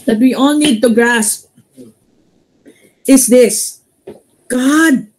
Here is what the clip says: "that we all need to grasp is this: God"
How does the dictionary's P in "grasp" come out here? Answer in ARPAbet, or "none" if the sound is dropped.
P